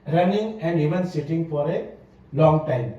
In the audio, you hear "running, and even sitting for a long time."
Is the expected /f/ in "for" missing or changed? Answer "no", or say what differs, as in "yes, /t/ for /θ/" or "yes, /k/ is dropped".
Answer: no